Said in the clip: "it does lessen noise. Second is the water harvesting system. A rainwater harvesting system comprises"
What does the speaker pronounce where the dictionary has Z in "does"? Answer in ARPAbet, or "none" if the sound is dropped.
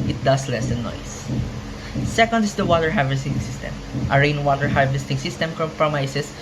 S